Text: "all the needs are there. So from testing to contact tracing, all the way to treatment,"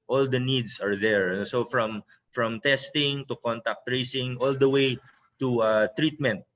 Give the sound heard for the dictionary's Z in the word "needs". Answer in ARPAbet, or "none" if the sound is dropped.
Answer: S